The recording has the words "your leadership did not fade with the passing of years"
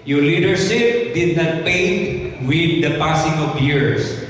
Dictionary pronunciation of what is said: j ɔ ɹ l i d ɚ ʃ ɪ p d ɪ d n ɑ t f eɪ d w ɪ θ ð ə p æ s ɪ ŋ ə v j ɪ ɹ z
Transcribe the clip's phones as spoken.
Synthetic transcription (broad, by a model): j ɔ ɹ l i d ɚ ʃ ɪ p d ɪ d n ɑ t p eɪ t w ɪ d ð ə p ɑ s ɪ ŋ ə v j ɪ ɹ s